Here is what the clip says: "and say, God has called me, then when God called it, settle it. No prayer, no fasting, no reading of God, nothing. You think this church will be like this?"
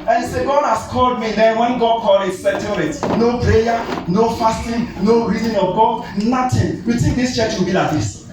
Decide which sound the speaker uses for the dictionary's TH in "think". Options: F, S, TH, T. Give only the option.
T